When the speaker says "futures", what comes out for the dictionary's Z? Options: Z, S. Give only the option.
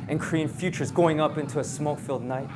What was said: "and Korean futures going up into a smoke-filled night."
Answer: Z